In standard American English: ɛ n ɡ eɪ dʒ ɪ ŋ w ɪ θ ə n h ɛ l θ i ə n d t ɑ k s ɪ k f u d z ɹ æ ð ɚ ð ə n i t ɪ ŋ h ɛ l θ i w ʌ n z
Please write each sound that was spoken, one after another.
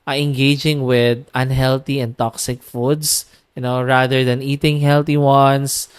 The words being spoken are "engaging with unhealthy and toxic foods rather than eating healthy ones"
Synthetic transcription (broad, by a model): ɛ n ɡ eɪ dʒ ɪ ŋ w ɪ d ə n h ɛ l t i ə n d t ɑ k s ɪ k f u d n ɹ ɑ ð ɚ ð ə n i t ɪ ŋ h ɛ l t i w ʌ n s